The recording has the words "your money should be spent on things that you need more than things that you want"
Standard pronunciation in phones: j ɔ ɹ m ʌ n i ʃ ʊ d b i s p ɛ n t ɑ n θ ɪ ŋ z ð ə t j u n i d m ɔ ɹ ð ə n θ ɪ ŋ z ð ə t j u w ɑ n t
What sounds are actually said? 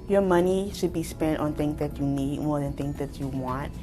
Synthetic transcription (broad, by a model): j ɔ m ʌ n i ʃ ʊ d b i s p ɛ n t ɑ n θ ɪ ŋ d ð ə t j u n i d m ɔ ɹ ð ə n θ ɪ ŋ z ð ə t j u w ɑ n t